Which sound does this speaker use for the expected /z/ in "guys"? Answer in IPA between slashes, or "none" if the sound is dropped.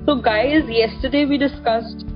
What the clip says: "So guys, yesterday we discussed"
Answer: /z/